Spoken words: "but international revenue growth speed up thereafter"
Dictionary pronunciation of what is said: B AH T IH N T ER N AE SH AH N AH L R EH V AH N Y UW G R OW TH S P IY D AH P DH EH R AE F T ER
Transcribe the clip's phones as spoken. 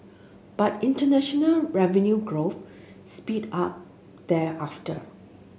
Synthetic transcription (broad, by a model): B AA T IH N T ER N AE SH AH N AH L R EH V AH N Y UW G R OW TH S P IY D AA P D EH AA F T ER